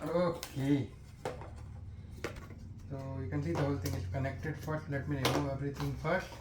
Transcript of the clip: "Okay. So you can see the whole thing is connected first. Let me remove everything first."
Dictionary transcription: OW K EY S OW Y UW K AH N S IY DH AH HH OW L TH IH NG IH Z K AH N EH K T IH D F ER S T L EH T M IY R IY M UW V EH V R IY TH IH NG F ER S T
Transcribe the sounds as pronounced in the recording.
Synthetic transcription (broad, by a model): OW K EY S OW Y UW K AH N S IY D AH HH OW L T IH NG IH S K AH N EH K T IH D F ER S T L EH T M IY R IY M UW EH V R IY T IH NG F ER S T